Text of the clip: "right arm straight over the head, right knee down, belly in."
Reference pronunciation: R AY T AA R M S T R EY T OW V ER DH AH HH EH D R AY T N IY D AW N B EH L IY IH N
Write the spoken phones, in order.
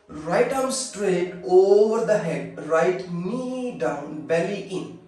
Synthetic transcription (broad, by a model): R AY T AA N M S T R EY T OW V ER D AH HH EH D R AY T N IY D AW N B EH L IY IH N